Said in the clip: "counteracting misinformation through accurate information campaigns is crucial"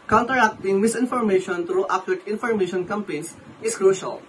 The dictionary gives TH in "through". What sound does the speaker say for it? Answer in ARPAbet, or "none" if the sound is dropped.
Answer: T